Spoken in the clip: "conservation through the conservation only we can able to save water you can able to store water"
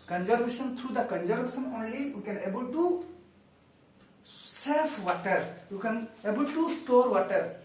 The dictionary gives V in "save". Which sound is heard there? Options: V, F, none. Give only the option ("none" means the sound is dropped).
F